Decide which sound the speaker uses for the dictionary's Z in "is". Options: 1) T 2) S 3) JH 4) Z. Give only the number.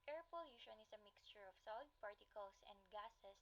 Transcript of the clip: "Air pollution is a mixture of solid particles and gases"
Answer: 2